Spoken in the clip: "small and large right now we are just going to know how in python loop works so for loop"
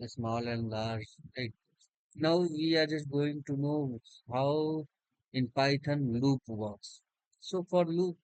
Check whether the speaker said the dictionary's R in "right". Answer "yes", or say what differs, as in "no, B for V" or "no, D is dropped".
no, L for R